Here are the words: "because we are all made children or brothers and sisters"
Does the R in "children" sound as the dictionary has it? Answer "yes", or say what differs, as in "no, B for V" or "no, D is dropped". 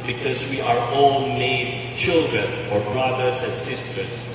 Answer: yes